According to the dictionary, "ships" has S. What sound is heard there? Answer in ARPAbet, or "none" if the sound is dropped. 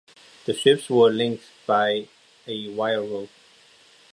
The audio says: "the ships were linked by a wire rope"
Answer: S